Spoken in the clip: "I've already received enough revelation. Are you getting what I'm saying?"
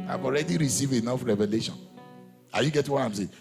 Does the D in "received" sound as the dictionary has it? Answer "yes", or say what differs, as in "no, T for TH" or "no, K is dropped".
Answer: no, D is dropped